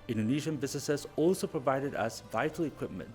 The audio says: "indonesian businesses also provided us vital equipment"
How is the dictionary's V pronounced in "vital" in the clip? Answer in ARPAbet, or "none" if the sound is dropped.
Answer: V